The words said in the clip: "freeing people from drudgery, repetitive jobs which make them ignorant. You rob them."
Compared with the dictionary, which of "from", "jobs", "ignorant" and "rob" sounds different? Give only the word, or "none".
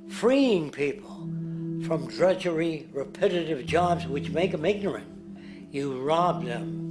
none